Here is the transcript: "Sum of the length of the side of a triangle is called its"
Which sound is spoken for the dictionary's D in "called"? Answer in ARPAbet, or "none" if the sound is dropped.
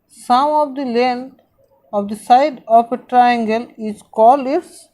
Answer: none